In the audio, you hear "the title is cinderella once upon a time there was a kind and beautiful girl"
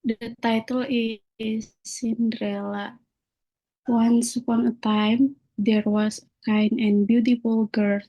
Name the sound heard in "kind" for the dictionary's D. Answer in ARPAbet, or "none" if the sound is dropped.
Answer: none